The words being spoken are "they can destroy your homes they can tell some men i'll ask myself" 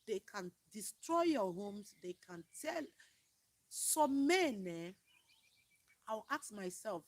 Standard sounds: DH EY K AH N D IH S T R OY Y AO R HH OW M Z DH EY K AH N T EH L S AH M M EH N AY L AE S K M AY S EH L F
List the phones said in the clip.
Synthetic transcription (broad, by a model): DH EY K AH N D IH S T R OY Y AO HH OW M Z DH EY K AH N T EH L S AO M M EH N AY W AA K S M AY S EH L F